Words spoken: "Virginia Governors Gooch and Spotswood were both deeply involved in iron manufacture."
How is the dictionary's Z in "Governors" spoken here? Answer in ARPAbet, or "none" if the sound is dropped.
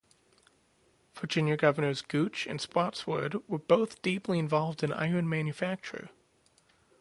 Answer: Z